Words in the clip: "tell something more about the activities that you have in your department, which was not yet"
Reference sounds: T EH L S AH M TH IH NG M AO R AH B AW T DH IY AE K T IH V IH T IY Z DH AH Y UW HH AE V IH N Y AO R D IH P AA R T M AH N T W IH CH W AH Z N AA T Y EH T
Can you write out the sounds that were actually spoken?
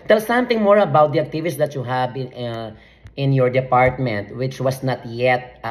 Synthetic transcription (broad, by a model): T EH L S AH M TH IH NG M AO R AH B AW T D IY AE K T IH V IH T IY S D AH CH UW HH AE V IH N Y AO R D IH P AA R T M AH N T W IH CH W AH S N AA T Y EH T